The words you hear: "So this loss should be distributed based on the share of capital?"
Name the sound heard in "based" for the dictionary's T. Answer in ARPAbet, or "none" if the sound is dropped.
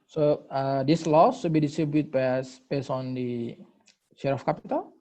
none